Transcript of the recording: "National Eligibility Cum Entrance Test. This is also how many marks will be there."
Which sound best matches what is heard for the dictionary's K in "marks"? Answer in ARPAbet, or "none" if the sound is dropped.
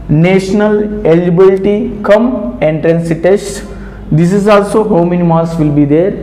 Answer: none